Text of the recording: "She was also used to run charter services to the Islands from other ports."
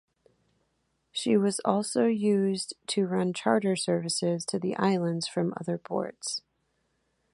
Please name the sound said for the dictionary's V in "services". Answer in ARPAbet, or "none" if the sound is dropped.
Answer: V